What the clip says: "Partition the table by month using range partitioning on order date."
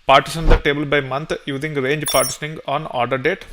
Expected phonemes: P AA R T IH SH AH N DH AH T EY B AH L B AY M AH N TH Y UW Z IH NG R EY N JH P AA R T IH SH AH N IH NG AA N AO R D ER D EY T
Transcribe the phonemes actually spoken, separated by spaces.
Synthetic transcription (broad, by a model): P AA R T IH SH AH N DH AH T EY B AH L B AY M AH N T Y UW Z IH NG R EY N JH P AA R T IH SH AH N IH NG AA N AO R D ER D EY T